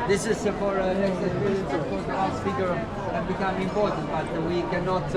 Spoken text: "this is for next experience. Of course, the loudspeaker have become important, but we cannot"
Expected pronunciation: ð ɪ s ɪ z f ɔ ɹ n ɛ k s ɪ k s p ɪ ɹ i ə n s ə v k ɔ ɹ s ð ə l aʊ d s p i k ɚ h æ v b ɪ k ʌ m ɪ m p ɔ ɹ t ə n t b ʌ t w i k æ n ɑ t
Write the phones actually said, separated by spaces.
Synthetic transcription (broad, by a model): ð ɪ s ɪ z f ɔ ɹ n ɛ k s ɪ s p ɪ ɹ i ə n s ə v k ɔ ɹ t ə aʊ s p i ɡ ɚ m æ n b ɪ k ʌ m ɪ m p ɔ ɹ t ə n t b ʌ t w i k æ n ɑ t